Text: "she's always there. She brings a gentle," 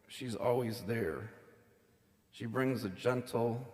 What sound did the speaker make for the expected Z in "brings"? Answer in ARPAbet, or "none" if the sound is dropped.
Z